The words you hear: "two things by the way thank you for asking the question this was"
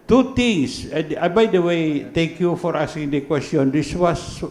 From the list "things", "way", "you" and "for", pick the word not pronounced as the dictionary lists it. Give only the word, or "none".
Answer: things